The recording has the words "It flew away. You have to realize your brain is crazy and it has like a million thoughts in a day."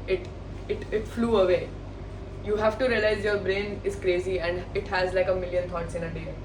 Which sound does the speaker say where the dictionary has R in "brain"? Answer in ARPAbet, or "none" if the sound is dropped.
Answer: R